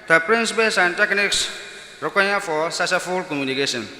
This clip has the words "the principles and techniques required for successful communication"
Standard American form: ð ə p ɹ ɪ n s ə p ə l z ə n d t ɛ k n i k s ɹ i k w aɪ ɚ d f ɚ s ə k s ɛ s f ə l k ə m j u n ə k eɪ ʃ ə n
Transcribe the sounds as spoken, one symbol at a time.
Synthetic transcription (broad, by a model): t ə p ɹ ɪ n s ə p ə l s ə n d t ɛ k n i k s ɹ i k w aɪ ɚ f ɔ s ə s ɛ f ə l k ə m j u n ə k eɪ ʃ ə n